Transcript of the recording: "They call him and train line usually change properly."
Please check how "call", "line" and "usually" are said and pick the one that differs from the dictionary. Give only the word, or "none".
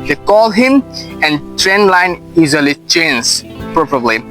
usually